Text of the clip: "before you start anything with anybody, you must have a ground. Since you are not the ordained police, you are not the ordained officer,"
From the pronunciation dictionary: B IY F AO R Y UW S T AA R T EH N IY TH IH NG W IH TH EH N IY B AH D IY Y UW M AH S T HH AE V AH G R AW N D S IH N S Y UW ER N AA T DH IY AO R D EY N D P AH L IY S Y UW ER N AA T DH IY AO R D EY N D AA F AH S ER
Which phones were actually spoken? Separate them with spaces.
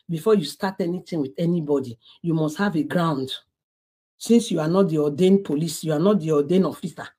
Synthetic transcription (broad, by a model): B IY F AO Y UW S T AA T EH N IY T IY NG W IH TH EH N IY B AH D IY Y UW M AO S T HH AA V AH G R AW N D S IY N S Y UW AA N AA T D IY AO D EY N P AH L IY S Y UW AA N AA T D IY AO D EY N AA F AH S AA